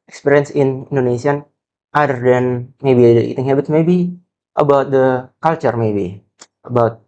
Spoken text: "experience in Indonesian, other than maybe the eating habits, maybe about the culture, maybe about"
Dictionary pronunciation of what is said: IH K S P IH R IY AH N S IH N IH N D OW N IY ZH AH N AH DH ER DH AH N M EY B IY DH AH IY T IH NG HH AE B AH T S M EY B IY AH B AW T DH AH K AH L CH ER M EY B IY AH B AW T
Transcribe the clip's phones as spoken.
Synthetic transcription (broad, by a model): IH K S P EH R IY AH N S IH N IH N D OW N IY S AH N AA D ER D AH N M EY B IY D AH IY T IH NG HH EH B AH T M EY B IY AH B AW T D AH K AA L CH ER M EY B IY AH B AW T